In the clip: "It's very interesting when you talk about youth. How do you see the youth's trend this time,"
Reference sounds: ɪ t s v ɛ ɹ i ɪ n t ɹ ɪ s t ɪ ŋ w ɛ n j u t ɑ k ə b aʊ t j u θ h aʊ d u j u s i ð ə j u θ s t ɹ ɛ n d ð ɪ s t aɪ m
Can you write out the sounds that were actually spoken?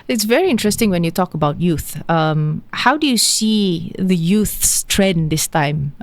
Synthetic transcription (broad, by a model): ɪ t s v ɛ ɹ i ɪ n t ɹ ɪ s t ɪ ŋ w ɛ n j u t ɑ k ə b aʊ t j u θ h aʊ d u j u s i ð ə j u θ s t ɹ ɛ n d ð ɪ s t aɪ m